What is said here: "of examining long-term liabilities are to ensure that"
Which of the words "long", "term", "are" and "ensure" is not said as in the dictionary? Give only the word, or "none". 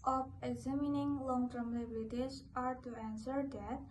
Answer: ensure